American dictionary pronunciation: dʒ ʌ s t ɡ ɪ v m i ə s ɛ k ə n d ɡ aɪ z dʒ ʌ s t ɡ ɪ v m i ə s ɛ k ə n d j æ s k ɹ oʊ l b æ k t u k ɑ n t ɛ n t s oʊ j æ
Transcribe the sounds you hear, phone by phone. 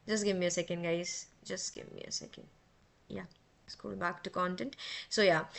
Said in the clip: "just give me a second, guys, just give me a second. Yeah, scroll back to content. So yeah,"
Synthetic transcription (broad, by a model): dʒ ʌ s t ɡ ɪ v m i ə s ɛ k ə n d ɡ aɪ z dʒ ʌ s t ɡ ɪ v m i ə s ɛ k ə n d j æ s k oʊ l b æ k t u k ɑ n t ɛ n t s oʊ j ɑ